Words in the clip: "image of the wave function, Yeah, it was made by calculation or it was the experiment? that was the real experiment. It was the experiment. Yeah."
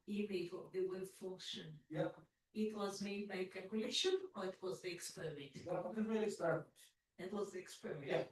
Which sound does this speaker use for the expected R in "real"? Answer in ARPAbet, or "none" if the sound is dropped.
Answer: L